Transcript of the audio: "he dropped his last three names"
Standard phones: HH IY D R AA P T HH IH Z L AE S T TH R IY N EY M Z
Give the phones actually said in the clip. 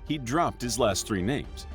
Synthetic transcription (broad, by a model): HH IY D R AA P T HH IH Z L AE S T TH R IY N EY M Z